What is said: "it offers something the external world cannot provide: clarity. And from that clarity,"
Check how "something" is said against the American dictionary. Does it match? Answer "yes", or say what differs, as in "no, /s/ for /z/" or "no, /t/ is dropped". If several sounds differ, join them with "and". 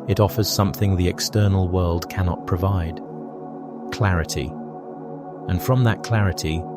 yes